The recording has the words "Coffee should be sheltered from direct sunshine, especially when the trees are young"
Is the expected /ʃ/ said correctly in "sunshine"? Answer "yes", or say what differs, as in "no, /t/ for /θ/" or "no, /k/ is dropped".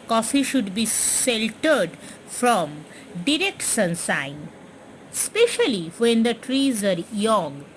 no, /s/ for /ʃ/